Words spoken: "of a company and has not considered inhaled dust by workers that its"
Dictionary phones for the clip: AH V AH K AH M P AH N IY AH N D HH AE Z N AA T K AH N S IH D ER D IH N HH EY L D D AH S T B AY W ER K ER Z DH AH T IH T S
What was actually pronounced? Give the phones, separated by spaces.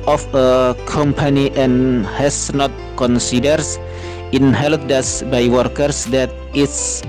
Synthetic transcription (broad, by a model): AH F AH K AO M P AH N IY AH N HH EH S N AA T K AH N S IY D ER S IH N HH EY L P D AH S B AY W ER K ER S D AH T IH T S